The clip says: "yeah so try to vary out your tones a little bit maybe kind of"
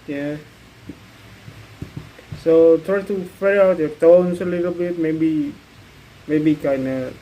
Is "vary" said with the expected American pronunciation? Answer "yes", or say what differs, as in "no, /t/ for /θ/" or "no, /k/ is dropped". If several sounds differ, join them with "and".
no, /f/ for /v/